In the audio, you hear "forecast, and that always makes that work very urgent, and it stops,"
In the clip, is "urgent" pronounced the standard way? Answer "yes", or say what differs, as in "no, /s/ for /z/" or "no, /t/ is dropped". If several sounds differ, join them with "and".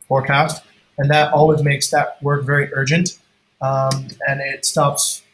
yes